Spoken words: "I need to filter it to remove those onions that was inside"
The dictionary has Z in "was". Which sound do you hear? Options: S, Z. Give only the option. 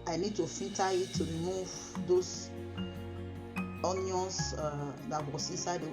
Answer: S